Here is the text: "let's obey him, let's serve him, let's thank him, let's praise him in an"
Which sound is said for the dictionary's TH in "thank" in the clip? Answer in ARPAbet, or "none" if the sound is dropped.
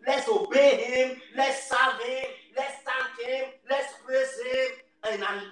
T